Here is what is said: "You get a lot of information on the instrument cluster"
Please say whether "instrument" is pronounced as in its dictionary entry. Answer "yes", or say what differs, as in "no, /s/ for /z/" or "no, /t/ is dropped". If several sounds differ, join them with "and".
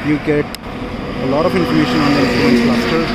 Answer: no, /m/ is dropped